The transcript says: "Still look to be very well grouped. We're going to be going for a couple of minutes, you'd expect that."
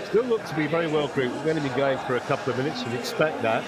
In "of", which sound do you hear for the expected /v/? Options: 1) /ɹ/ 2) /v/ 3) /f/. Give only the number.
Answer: 2